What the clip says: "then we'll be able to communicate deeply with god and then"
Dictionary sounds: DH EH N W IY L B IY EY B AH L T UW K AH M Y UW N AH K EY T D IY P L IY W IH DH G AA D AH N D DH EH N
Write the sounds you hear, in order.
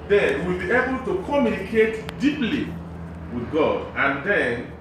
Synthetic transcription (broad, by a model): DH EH N W IY L B IY EY B AH L T UW K AH M Y UW N AH K EY T D IY P L IY W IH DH G AA D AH N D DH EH N